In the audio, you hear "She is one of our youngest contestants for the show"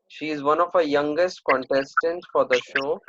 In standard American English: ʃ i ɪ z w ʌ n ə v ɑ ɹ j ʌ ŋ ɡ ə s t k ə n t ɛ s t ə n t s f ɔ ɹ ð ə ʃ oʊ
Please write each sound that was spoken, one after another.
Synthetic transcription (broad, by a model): ʃ i ɪ z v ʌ n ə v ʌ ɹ j ʌ ŋ ɡ ə s t k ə n t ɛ s t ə n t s f ɔ ɹ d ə ʃ oʊ